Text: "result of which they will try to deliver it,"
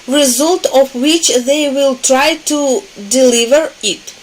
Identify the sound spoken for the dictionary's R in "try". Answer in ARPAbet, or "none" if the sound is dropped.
R